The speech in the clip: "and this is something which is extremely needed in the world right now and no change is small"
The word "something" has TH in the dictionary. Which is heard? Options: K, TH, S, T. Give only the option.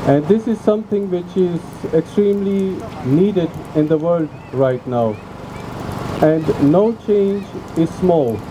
T